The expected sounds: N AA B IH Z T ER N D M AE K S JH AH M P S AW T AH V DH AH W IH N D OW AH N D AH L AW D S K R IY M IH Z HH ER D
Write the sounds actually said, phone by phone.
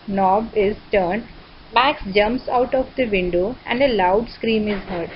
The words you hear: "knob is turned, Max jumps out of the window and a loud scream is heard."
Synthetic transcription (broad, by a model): N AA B IH Z T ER N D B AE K S JH AH M P S AW T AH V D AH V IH N D OW AH N D AH L AW D S K R IY M IH Z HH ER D